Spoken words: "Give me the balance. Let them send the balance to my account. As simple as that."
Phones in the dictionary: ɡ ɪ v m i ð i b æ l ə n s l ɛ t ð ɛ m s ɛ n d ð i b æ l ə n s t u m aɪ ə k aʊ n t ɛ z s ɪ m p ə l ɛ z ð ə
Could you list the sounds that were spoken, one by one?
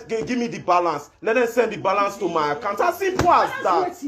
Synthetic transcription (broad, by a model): ɡ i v m i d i b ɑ l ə n s l ɛ t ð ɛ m s ɛ n d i b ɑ l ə n s t u m aɪ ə k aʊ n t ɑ s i p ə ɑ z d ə